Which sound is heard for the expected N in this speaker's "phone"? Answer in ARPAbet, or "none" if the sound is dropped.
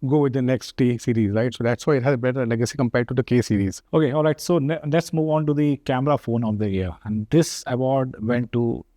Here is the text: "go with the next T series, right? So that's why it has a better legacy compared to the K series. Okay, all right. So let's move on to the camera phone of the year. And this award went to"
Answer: N